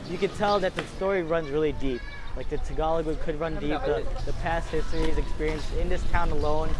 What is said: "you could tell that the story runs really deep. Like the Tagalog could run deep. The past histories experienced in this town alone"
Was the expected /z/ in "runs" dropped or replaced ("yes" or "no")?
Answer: no